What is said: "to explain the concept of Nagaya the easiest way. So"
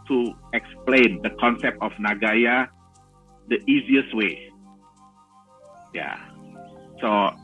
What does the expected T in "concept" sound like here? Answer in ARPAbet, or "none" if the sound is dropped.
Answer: T